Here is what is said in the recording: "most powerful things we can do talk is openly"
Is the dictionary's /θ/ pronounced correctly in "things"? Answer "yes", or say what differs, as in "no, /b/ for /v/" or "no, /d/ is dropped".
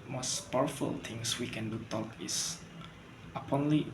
no, /t/ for /θ/